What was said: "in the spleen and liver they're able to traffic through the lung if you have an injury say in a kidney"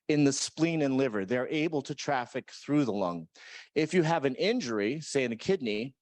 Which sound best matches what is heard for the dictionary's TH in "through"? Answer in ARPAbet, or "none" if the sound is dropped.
TH